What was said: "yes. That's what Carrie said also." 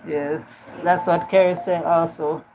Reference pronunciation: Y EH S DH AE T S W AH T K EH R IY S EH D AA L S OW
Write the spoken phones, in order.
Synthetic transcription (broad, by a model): Y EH S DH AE T S W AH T K EH R IY S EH AA L S OW